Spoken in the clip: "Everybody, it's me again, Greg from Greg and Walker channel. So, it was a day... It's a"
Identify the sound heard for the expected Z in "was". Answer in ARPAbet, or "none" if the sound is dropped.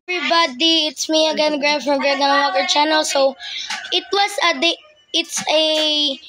S